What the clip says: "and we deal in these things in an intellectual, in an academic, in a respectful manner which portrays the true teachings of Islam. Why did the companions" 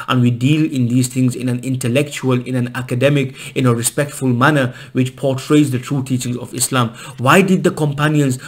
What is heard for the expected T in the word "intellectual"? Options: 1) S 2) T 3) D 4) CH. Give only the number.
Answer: 2